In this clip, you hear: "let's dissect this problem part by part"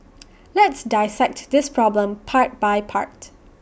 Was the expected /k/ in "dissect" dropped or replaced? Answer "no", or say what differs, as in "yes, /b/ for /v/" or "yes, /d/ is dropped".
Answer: no